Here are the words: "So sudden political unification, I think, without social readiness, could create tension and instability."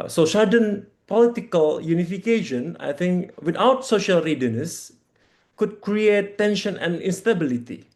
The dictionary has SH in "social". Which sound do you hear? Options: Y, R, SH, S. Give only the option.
SH